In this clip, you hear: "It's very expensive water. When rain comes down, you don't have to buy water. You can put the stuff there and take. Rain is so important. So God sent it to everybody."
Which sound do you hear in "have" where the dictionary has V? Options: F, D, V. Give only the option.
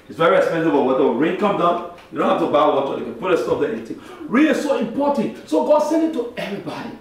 F